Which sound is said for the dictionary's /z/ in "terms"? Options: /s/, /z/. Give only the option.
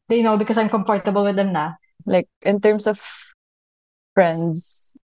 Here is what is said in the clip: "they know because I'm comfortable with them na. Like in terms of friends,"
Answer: /s/